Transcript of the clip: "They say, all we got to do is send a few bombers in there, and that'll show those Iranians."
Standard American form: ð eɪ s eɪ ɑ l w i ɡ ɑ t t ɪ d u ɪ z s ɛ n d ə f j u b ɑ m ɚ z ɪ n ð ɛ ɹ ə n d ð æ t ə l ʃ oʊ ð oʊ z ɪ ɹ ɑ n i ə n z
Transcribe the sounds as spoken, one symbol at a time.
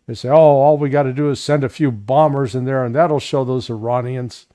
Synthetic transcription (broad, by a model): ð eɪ s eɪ ɑ l w i ɡ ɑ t t ɪ d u ɪ z s ɛ n d ə f j u b ɑ m ɚ z ɪ n ð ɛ ɹ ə n ð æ t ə l ʃ oʊ ð oʊ z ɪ ɹ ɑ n i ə n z